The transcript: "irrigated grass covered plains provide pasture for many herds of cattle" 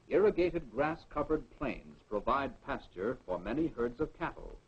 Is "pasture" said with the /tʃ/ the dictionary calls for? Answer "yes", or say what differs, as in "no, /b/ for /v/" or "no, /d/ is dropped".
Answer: yes